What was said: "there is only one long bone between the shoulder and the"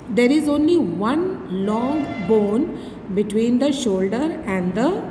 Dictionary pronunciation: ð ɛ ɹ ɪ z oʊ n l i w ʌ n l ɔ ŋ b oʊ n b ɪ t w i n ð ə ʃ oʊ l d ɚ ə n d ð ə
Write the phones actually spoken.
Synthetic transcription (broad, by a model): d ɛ ɹ ɪ z oʊ n l i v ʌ n l ɔ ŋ b oʊ n b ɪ t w i n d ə ʃ oʊ l d ɚ ə n d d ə